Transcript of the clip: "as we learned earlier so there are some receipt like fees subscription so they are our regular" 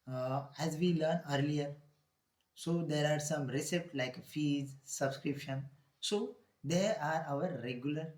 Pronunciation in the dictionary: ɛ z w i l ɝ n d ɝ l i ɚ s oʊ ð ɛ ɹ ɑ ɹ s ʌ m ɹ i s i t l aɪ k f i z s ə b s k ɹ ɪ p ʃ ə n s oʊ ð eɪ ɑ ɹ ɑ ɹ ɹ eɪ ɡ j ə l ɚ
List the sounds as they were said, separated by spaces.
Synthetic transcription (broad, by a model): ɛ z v i l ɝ n ɝ l i ɚ s oʊ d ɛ ɹ ɑ ɹ s ʌ m ɹ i s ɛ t l aɪ k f i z s ə b s k ɹ ɪ p ʃ ə n s oʊ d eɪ ɑ ɹ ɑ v ɹ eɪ ɡ j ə l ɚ